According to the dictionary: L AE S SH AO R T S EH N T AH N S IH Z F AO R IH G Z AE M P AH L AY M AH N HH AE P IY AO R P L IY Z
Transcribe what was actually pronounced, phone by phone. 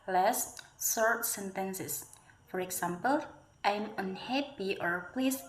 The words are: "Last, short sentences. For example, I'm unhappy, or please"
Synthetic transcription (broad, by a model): L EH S S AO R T S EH N T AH N S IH S F AO R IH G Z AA M P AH L AY M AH N HH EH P IY AO R P L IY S